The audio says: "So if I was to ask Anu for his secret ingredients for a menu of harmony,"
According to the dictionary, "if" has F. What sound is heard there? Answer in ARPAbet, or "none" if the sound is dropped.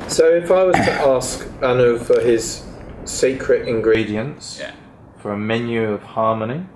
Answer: F